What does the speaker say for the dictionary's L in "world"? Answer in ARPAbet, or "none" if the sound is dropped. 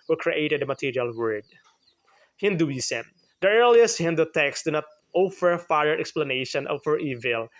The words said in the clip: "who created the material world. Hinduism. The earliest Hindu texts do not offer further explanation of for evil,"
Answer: none